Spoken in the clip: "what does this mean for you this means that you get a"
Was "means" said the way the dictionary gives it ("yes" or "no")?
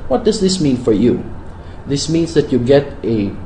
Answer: no